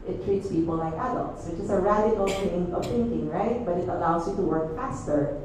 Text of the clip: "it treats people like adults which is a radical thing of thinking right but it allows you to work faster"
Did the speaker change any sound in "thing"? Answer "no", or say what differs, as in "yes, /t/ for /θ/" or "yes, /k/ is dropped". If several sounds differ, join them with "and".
yes, /t/ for /θ/